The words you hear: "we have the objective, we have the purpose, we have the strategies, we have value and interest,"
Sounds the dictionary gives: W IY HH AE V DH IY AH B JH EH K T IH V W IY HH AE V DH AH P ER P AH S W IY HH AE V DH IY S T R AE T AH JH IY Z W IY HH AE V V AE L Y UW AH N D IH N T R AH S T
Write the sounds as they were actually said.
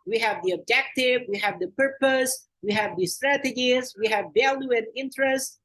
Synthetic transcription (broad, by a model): W IY HH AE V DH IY AH B JH EH K T IH V W IY HH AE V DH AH P ER P AH S W IY HH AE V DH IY S T R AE T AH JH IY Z W IY HH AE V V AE L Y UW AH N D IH N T R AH S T